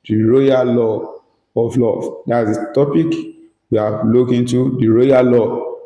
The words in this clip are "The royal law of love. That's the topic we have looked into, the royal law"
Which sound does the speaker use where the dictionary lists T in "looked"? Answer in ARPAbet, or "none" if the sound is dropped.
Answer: none